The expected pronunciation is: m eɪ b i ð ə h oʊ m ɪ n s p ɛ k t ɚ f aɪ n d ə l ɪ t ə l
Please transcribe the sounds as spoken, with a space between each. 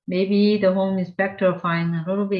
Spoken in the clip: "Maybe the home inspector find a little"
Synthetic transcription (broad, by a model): m eɪ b i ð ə h oʊ m ɪ n s p ɛ k t ɚ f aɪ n ə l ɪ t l